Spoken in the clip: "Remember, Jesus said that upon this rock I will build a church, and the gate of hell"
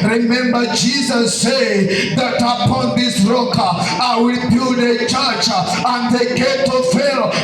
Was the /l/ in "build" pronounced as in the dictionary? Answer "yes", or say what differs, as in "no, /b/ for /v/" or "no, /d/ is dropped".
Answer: no, /l/ is dropped